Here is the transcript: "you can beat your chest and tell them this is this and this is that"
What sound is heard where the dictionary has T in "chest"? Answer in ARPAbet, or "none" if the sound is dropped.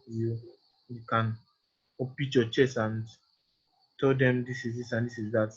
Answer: none